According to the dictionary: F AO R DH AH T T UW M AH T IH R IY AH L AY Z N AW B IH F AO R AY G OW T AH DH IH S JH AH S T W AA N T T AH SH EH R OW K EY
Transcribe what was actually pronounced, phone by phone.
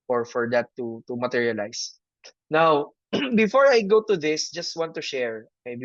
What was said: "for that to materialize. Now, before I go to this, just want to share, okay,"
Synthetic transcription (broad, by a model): F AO R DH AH T T UW M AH T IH R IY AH L AY S N AW B IH F AO R AY G OW T AH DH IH S JH AH S T W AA N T T AH SH EH R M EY